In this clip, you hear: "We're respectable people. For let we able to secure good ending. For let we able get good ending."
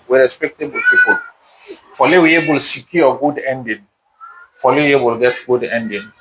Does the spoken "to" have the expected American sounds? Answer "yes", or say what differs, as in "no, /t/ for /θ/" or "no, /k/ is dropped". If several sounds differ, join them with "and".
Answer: no, /s/ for /t/